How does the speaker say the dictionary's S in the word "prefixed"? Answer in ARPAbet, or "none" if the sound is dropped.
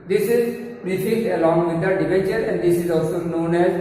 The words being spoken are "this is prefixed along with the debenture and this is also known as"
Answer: none